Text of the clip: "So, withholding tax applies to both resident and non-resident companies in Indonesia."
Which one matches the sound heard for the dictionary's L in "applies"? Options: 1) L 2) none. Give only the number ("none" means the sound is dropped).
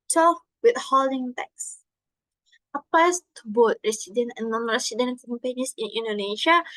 2